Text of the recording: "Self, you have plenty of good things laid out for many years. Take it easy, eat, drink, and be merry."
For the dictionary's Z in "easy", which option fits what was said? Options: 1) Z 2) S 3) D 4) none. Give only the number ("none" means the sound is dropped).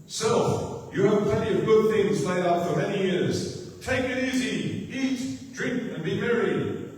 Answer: 1